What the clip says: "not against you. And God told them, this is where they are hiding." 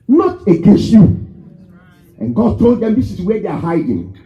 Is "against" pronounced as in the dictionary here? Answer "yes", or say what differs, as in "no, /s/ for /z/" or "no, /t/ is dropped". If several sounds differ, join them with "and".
no, /n/ is dropped